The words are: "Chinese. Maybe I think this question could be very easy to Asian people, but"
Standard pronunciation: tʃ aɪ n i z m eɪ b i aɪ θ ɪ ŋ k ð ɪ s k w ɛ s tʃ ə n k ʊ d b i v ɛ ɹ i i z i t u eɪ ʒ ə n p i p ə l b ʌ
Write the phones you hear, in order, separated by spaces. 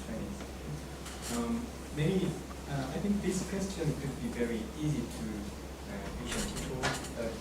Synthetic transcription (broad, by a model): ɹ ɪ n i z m eɪ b i aɪ θ ɪ ŋ k ð ɪ s k w ɛ s tʃ ə n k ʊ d b i v ɛ ɹ i i z i t u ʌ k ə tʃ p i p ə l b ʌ